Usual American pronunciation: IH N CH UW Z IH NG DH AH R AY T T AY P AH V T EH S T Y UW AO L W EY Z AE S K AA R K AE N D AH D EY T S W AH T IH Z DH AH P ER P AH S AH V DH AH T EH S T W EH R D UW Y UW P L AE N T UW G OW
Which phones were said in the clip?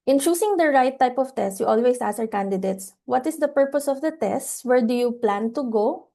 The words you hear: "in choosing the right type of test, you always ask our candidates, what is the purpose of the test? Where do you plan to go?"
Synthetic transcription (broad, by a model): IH N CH UW S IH NG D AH R AY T T AY P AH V T EH S T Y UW AO L W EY S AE S AA R K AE N D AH D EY T S W AH T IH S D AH P ER P AH S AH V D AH T EH S T W EH R D UW Y UW P L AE N T UW G OW